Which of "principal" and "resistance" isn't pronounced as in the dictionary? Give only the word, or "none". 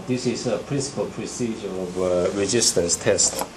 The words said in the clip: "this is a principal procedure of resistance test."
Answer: resistance